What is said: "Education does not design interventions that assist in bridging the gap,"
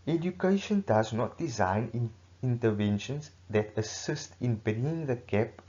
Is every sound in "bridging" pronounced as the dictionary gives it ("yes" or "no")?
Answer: no